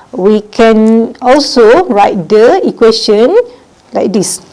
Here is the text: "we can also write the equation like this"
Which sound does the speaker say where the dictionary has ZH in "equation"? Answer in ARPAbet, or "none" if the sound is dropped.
S